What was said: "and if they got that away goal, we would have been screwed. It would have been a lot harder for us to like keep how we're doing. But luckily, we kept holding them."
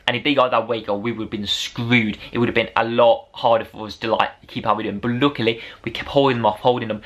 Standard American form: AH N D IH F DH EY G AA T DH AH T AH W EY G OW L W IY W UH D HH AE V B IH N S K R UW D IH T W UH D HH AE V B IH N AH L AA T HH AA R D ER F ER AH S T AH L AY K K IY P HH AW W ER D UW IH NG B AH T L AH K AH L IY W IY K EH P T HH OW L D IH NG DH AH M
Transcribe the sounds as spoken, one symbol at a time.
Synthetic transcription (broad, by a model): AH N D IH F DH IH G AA DH AH T W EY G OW W IY W UH D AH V B IH N S K R UW D IH T W UH D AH V B IH N AH L AA T HH AA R D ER F ER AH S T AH L AY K K IY P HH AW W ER D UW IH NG B AH T L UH K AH L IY W IY K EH P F HH OW L D IH NG DH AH M